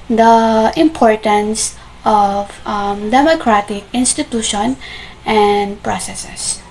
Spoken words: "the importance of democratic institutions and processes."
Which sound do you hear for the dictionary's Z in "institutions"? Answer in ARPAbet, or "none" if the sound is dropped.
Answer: none